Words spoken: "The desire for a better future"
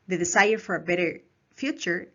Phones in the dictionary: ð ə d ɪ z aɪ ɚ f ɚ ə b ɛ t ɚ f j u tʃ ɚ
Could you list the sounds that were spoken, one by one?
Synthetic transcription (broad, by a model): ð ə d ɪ s aɪ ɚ f ɚ ə b ɛ t ɚ f j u tʃ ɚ